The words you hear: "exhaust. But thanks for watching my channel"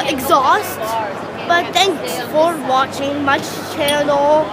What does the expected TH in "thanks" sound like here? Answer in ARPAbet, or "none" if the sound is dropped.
T